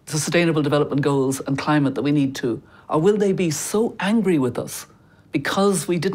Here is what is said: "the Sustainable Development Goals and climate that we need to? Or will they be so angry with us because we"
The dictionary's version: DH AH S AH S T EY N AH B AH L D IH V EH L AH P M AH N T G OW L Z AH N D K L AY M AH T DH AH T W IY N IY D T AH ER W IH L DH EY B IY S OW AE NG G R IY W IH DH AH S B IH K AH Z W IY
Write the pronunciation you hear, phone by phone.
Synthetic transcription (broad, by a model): S AH S T EY N AH B AH L D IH V EH L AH P M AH N G OW L Z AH N K L AY M AH T DH AH T W IY N IY D T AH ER W IH L DH EY B IY S OW AE NG G R IY W IH DH AH S B IH K AH Z W IY